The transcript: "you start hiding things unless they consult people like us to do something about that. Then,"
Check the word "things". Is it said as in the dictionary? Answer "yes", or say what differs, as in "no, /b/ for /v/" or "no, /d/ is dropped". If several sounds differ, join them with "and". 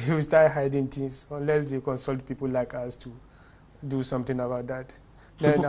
no, /t/ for /θ/